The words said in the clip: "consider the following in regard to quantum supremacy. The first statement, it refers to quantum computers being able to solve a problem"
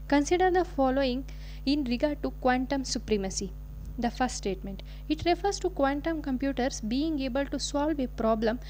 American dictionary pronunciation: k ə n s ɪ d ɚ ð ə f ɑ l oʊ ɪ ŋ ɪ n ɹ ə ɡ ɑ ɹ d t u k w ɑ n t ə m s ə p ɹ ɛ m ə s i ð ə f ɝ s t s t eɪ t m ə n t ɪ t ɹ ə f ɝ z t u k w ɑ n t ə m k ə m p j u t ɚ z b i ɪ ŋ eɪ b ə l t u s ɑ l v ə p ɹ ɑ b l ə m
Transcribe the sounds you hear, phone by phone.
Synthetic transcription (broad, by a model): k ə n s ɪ d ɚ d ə f ɑ l oʊ ɪ ŋ ɪ n ɹ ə ɡ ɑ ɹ d t u k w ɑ n t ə m s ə p ɹ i m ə s i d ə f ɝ s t s t eɪ t m ə n t ɪ t ɹ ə f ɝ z t u k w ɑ n t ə m k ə m p j u t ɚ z b i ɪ ŋ eɪ b ə l t u s ɑ l v ə p ɹ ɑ b l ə m